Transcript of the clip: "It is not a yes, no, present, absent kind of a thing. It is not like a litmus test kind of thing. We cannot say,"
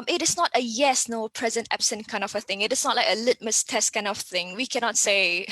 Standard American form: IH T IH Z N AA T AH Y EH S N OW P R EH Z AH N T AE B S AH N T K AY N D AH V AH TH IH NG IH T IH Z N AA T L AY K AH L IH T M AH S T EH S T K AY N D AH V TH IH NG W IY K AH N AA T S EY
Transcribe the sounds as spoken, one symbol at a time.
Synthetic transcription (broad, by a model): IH T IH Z N AA T AH Y EH S N OW P R EH Z AH N T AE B S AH N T K AY N D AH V AH TH IH NG IH T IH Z N AA T L AY K AH L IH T M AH S T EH S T K AY N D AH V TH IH NG W IY K AH N AA T S EY